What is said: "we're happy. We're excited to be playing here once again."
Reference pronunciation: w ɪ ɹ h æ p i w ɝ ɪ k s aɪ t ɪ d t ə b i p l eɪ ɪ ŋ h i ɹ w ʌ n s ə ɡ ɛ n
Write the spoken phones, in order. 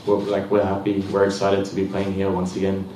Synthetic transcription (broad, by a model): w ɪ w h æ p i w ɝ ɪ s aɪ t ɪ d t ə b i p l eɪ ɪ ŋ h i ɹ w ʌ n s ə ɡ ɛ n